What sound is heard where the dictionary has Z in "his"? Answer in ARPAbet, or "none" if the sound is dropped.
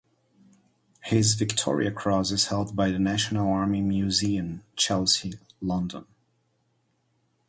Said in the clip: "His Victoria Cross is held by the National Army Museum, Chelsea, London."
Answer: Z